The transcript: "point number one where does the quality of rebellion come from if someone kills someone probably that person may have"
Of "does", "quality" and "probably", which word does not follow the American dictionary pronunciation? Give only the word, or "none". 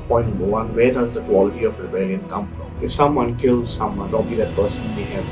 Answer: probably